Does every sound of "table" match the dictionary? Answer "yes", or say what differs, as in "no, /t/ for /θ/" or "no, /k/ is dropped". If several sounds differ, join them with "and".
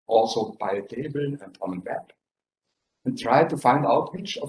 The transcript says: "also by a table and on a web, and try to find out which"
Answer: yes